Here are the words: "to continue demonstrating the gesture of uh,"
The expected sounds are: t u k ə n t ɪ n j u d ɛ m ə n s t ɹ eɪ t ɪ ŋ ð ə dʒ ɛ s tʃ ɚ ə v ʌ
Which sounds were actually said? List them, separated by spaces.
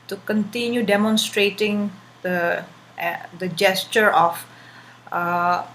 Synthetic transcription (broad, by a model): t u k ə n t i n j u d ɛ m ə n s t ɹ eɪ t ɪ ŋ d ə dʒ ɛ s tʃ ɚ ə f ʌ